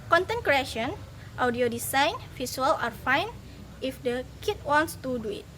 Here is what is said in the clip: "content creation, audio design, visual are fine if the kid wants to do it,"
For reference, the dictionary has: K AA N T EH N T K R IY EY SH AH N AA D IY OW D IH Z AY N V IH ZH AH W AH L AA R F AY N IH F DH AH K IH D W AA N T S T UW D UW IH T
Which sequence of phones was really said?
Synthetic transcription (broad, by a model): K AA N T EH N K R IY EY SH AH N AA D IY OW D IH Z AY N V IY S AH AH L AA R F AY N IH F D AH K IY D W AA N T S T UW D UW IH T